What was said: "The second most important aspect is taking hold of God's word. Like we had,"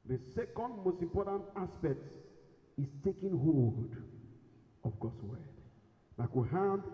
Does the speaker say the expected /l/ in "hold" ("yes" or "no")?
no